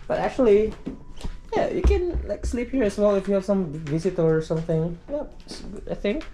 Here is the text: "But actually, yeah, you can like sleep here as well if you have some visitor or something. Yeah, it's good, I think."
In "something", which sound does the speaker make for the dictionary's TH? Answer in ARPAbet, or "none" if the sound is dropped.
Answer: TH